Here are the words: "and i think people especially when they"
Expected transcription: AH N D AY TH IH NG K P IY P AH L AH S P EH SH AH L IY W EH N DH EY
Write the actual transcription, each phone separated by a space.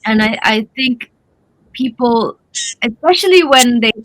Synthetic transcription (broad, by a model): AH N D AY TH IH NG K P IY P AH L AH S P EH SH AH L IY W EH N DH EY